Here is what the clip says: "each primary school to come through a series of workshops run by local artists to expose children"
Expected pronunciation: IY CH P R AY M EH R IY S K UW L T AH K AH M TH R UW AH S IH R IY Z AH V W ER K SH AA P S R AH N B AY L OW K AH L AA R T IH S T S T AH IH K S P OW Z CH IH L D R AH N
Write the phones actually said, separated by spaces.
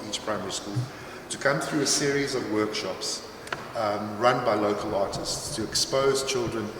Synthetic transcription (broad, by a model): IY CH P R AY M EH R IY S K UW L T AH K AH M TH R UW AH S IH R IY Z AH V W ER K SH AA P S R AH N B AY L OW K AH L AA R T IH S T S T AH IH K S P OW Z CH IH L D R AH N